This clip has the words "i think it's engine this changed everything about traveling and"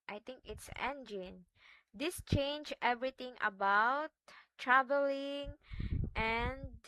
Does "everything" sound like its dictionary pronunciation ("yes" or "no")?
no